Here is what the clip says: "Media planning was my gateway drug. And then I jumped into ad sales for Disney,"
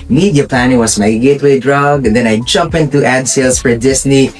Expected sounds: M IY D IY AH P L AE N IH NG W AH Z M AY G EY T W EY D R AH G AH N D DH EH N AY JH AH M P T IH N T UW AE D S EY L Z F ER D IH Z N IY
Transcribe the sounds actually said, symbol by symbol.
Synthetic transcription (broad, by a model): M IY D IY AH P L AE N IH NG W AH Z M AY G EY T W EY D R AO G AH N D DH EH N AY JH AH M P IH N T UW AE D S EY L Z F ER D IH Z N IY